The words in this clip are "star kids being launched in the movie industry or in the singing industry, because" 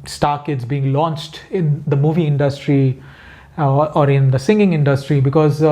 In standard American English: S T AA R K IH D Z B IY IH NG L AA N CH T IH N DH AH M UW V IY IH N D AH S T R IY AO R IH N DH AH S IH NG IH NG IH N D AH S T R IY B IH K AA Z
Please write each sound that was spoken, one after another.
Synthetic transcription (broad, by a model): S T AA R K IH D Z B IY IH NG L AA N CH T IH N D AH M UW V IY IH N D AH S T R IY AO R IH N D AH S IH NG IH NG IH N D AH S T R IY B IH K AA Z